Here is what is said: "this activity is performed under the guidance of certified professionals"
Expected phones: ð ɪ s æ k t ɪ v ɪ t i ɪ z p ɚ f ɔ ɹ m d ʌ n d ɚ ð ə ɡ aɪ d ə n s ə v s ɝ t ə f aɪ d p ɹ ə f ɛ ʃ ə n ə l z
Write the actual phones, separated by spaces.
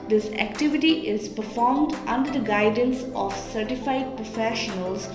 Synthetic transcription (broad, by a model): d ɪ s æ k t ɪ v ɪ t i ɪ z p ɚ f ɔ ɹ m d ʌ n d ɚ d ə ɡ aɪ d ə n s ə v s ɝ t ə f aɪ d p ɹ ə f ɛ ʃ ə n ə l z